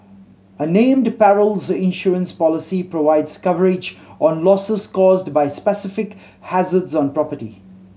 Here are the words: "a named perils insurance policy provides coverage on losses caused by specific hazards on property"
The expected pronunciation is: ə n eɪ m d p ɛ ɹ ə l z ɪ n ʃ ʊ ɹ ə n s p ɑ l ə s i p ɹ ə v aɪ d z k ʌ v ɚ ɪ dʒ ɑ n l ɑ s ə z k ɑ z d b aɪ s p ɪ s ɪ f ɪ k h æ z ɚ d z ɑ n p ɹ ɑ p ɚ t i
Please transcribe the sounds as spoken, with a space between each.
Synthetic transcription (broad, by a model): ə n eɪ m d p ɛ ɹ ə l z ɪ n ʃ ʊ ɹ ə n s p ɑ l ə s i p ɹ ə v aɪ d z k ʌ v ɚ ɪ dʒ ɑ n l ɑ s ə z k ɑ z d b aɪ s p ɪ s ɪ f ɪ k h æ z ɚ d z ɑ n p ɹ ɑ p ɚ t i